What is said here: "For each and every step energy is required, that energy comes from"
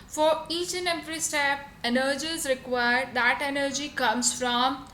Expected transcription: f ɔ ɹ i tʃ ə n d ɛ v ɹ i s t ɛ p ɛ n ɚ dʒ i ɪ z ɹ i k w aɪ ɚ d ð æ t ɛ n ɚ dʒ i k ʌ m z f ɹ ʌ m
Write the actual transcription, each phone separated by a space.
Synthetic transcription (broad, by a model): f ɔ ɹ i tʃ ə n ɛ p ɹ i s t ɛ p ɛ n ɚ dʒ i ɪ z ɹ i k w aɪ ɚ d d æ t ɛ n ɚ dʒ i k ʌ m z f ɹ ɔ m